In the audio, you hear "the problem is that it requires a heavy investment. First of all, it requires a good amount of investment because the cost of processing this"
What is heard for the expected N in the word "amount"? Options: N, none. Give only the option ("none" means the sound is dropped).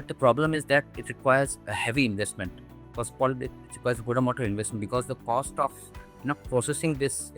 none